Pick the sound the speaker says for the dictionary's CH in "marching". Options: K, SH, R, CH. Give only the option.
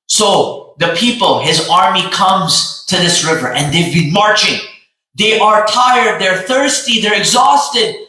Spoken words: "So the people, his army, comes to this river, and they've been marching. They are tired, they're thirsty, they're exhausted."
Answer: CH